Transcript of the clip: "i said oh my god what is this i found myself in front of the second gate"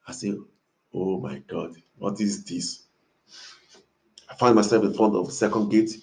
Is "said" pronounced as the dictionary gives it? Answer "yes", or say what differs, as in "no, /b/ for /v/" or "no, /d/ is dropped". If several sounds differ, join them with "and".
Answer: no, /d/ is dropped